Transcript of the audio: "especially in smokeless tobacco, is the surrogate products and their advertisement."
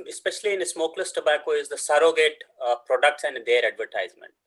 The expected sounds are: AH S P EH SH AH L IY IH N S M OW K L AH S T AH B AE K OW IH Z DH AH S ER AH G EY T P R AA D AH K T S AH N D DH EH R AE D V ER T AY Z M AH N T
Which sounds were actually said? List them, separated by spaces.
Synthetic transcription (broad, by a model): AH S P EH SH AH L IY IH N S M OW K L AH S T AH B AE K OW IH Z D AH S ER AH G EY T P R AA D AH K T S AH N D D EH R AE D V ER T AY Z M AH N T